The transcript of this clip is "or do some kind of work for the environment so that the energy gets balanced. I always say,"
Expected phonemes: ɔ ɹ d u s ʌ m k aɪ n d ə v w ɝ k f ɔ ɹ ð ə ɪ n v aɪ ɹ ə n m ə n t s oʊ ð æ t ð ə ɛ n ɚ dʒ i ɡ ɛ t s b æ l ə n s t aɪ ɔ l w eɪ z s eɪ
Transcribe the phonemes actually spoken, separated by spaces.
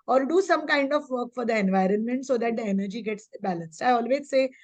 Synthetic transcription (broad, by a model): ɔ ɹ d u s ʌ m k aɪ n d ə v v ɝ k f ɔ ɹ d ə ɪ n v aɪ ɹ ə n m ə n t s oʊ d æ t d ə ɛ n ɚ dʒ i ɡ ɛ t s b æ l ə n s t aɪ ɔ l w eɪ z s eɪ